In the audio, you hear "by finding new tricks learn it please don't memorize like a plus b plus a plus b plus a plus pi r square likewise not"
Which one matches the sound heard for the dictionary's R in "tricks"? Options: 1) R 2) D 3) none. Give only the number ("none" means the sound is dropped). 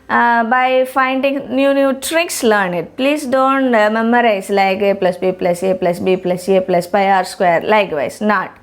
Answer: 1